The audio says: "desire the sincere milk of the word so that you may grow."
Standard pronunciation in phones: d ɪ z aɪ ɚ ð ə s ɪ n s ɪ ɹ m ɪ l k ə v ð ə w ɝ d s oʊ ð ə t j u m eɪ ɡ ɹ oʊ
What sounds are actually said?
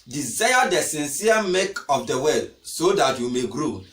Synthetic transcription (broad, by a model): d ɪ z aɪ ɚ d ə s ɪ n s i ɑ m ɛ k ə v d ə w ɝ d s oʊ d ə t j u m eɪ ɡ ɹ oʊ